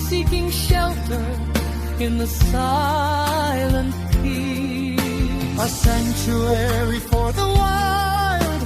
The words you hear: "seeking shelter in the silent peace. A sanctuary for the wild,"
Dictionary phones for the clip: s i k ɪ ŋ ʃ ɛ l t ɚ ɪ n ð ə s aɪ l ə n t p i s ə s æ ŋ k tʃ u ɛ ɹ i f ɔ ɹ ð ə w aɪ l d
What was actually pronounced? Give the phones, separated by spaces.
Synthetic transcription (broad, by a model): s i k ɪ ŋ ʃ ɛ l t ɚ ɪ n ð ə s aɪ l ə n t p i ə s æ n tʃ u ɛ ɹ i f ɔ ɹ ð ə w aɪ l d